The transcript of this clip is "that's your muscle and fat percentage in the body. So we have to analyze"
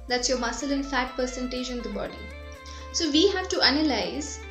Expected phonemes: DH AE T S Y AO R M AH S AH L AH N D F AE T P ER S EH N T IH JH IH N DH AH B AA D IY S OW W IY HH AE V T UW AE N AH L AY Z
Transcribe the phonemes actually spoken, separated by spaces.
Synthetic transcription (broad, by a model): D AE T S Y AO R M AH S AH L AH N F AE T P ER S EH N T IH JH IH N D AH B AA D IY S OW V IY HH AE V T UW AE N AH L AY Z